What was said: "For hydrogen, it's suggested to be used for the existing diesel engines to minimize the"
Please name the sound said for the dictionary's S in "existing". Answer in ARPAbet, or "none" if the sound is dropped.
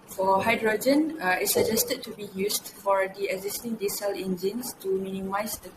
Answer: S